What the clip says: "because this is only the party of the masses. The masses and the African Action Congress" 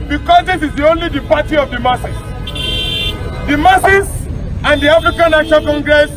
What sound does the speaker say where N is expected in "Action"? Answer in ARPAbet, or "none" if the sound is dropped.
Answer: L